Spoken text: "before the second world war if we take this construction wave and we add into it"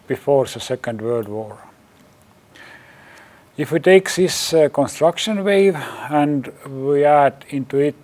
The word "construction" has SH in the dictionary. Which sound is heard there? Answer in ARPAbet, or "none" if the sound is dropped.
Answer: SH